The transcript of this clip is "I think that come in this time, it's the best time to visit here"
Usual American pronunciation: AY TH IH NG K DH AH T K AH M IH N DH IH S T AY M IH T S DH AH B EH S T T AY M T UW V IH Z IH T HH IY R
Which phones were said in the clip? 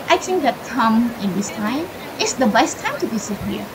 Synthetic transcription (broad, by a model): AY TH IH NG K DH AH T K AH M IH N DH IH S T AY M IH T S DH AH B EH S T T AY M T UW B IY S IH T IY